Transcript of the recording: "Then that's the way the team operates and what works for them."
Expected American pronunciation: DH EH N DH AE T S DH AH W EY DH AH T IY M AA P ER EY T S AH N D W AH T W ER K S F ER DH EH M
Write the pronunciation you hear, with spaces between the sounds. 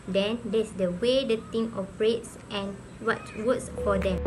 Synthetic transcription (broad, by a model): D EH N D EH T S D AH W EY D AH T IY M AA P ER EY T S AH N W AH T W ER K S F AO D EH M